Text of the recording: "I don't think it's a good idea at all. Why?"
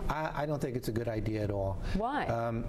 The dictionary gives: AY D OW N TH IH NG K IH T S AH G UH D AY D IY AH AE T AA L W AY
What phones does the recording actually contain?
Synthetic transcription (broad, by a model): AY D OW N TH IH NG K IH T S AH G UH D AY D IY AH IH T AA L W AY